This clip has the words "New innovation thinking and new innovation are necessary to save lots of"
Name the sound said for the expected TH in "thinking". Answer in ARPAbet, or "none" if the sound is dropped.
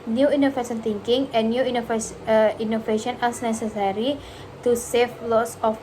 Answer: T